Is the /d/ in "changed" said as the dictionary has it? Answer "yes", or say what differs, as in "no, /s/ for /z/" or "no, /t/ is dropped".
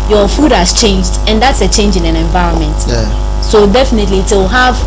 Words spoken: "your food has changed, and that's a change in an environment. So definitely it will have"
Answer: yes